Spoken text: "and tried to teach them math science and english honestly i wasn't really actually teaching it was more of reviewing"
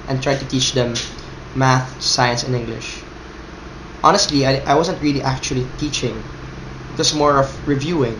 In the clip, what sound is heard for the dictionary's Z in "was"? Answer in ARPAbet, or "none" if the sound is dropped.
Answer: S